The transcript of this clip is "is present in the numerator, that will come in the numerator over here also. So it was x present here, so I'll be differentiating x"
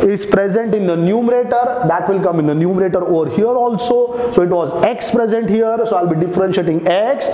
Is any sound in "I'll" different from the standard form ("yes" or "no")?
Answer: no